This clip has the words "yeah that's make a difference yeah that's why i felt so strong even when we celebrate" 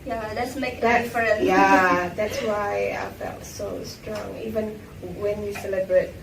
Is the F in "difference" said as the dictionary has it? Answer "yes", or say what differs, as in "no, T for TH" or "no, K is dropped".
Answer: no, F is dropped